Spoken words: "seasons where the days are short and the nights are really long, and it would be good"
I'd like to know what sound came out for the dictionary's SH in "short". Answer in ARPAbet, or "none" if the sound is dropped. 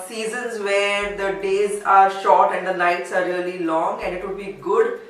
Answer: SH